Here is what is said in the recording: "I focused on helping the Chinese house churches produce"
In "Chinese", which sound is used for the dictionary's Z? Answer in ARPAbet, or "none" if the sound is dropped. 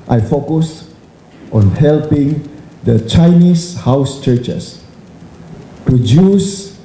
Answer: S